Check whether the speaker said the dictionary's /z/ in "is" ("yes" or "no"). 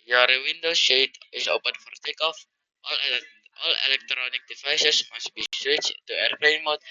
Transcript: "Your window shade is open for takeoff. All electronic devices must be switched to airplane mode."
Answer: no